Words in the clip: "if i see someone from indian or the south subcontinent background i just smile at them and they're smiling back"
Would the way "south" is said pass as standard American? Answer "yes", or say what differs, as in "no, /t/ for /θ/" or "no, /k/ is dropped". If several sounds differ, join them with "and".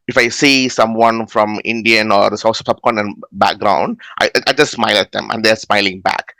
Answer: no, /s/ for /θ/